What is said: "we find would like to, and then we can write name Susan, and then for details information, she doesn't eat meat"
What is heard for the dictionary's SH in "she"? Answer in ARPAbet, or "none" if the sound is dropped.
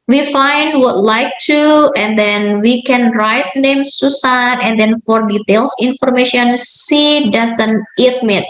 S